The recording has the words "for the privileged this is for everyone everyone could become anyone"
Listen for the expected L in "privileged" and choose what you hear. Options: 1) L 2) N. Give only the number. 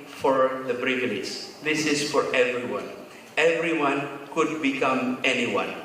2